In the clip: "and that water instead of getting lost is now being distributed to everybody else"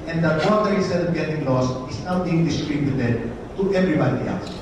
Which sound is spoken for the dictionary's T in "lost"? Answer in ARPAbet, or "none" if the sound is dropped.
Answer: none